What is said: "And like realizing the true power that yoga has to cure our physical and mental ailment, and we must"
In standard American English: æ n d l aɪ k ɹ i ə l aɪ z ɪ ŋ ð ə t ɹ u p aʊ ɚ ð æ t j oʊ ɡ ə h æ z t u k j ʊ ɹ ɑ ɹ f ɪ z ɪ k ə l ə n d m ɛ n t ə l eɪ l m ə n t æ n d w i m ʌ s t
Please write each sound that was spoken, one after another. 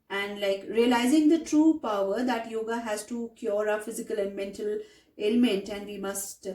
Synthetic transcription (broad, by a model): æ n d l aɪ k ɹ i ə l aɪ z ɪ ŋ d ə t ɹ u p aʊ ɚ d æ t j oʊ ɡ ə h æ z t u k j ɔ ɹ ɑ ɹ f ɪ z ɪ k ə l ə n d m ɛ n t ə l eɪ l m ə n t æ n d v i m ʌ s t